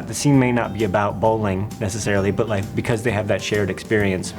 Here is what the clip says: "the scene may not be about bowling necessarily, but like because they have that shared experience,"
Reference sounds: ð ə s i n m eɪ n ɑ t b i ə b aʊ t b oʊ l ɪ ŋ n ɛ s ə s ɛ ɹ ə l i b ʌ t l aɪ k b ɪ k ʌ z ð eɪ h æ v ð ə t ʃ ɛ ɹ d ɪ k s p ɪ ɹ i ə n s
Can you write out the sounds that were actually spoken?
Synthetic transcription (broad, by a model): ð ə s i n m eɪ n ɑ t b i ə b aʊ t b oʊ l ɪ ŋ n ɛ s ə s ɛ ɹ l i b ʌ t l aɪ k b ɪ k ʌ z ð eɪ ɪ v ð ə t ʃ ɛ ɹ d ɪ k s p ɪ ɹ i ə n s